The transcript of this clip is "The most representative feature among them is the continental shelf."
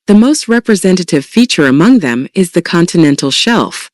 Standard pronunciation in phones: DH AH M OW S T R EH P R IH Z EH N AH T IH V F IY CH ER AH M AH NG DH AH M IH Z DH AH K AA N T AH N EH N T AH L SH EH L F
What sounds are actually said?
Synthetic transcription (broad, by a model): DH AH M OW S T R EH P R IH Z EH N AH T IH V F IY CH ER AH M AH NG DH AH M IH Z DH AH K AA N T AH N EH N T L SH EH L F